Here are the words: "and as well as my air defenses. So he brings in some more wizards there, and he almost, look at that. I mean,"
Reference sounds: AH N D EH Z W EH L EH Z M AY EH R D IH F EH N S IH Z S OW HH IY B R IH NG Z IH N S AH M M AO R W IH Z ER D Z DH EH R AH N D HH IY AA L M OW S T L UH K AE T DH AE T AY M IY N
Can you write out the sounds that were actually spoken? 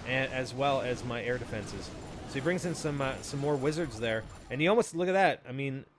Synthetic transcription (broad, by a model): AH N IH Z W EH L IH Z M AY EH R D IH F EH N S IH Z S OW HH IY B R IH NG Z IH N S AH M M AO R W IH Z ER D Z DH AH R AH N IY AA L M OW S T L UH K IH T DH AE T AY M IY N